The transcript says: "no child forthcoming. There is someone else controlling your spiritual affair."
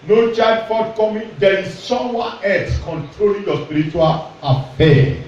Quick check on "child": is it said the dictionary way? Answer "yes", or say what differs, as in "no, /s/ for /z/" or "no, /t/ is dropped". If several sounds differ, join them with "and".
no, /l/ is dropped